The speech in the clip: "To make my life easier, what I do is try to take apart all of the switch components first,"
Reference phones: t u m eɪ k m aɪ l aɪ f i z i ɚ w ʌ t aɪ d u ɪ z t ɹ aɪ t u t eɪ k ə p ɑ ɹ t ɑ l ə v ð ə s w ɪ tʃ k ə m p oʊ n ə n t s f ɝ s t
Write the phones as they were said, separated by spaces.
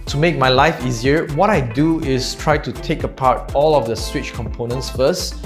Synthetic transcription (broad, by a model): t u m eɪ k m aɪ l aɪ f i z i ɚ w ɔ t aɪ d u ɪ s t ɹ aɪ t u t eɪ k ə p ɑ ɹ t ɑ l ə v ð ə s w ɪ tʃ k ə m p oʊ n ə n t s f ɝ s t